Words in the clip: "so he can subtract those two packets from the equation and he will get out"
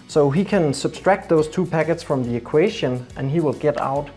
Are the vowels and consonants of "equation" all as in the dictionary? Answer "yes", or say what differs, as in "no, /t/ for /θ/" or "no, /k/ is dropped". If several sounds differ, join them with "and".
no, /ʃ/ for /ʒ/